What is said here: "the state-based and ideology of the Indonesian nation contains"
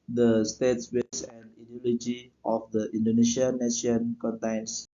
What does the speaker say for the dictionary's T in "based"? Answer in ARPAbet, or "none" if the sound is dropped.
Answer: none